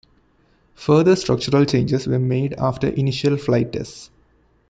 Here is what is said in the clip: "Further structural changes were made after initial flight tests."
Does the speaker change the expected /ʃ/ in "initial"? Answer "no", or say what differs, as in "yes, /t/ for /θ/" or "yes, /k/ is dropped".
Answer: no